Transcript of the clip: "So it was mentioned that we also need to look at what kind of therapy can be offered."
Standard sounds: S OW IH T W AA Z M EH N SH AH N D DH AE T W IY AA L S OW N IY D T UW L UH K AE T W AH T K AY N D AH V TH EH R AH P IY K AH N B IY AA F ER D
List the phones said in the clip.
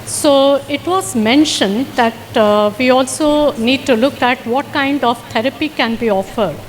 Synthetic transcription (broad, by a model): S OW IH T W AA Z M EH N SH AH N D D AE T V IY AA L S OW N IY D T UW L UH K AE T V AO T K AY N D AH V T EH R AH P IY K AH N B IY AA F ER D